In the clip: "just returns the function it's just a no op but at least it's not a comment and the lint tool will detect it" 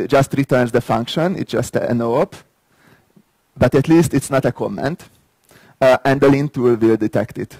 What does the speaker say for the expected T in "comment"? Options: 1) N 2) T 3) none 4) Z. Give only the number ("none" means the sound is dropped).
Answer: 2